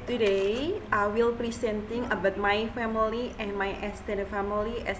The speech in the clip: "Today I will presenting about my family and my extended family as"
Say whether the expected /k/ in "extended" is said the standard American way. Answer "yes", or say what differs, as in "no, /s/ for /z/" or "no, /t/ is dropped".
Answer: no, /k/ is dropped